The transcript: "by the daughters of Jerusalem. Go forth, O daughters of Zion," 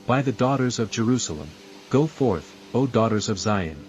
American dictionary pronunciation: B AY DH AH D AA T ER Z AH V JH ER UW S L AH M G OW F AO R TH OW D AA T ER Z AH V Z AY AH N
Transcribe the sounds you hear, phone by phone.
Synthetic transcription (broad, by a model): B AY DH AH D AA T ER Z AH V JH ER UW S L AH M G OW F AO R TH OW D AA T ER Z AH V Z AY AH N